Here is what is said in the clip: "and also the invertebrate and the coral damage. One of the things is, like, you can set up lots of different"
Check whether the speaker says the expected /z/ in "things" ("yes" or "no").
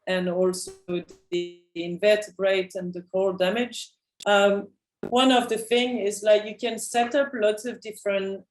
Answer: no